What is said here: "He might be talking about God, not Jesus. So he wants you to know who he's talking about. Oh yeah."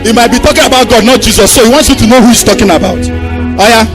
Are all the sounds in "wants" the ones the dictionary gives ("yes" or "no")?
yes